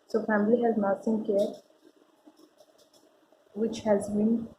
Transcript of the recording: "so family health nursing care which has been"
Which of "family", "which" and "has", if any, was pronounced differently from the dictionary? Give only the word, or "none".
none